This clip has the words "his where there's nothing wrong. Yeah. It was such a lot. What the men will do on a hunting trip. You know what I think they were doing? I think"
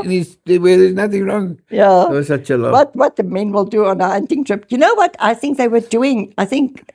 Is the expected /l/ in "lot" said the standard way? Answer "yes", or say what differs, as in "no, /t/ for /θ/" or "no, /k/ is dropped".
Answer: no, /w/ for /l/